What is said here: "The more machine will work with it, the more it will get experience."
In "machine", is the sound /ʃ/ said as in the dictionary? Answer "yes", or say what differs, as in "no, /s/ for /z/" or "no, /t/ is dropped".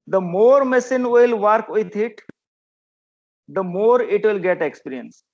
no, /s/ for /ʃ/